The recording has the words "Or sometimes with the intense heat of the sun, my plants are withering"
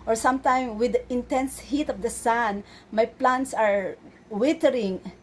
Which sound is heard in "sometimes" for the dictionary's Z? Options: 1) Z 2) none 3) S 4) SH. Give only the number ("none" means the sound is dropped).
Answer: 2